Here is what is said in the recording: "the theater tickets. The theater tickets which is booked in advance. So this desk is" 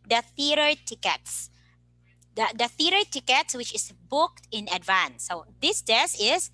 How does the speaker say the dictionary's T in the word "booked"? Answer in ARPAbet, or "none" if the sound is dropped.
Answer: T